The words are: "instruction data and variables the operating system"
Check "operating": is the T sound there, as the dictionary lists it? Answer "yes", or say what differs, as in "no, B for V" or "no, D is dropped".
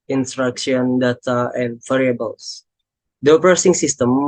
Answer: no, S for T